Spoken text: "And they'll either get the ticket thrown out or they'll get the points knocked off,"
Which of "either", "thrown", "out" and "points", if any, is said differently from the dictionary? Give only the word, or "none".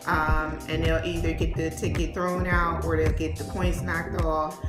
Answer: none